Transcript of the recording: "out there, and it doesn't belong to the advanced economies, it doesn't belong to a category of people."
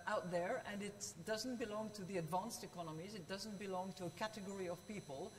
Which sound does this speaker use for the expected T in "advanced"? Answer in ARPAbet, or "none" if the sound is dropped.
T